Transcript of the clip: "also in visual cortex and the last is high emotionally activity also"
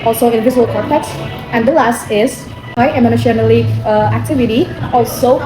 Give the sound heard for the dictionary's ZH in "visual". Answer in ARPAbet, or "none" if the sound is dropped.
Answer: Z